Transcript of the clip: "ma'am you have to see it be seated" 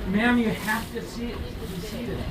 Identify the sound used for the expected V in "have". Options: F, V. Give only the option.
F